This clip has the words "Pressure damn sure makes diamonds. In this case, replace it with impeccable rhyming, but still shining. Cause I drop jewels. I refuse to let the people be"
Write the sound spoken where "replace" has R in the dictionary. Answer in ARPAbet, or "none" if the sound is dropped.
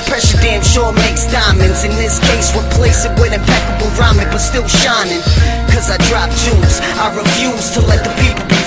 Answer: W